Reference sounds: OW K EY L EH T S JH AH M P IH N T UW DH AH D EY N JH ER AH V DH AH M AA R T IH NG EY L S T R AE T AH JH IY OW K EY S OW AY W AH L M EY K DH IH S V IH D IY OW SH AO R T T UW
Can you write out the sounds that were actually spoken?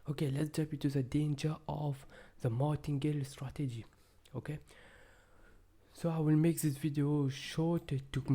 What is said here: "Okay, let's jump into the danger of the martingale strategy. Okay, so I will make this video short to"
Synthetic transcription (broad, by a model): OW K EY L EH T S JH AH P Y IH T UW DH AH D EY N JH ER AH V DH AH M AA T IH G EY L S T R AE T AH JH IY OW K EY S OW AY W AH L M EY K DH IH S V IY D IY OW SH AO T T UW